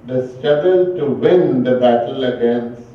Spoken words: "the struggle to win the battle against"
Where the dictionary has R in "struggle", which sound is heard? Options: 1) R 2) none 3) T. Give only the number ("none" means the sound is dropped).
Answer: 2